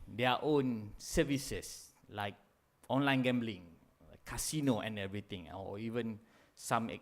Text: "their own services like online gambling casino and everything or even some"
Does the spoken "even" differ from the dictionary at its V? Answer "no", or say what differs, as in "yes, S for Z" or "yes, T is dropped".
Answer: no